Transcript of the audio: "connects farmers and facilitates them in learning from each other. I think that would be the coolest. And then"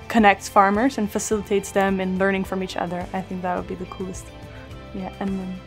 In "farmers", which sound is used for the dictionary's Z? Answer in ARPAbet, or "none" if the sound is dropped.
Z